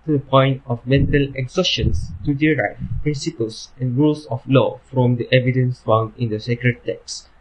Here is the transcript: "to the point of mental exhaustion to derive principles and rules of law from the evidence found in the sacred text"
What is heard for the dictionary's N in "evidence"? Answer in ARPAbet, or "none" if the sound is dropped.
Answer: N